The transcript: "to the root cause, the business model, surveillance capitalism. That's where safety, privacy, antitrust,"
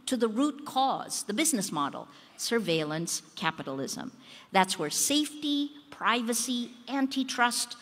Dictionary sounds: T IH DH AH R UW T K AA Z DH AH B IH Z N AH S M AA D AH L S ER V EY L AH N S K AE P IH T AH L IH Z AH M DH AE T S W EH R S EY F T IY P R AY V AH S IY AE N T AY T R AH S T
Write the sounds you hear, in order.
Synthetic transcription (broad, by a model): T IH DH AH R UW T K AA Z DH AH B IH Z N AH S M AA D L S ER V EY L AH N S K AE P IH T L IH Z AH M DH AE T S W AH R S EY F T IY P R AY V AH S IY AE N T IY T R AH S T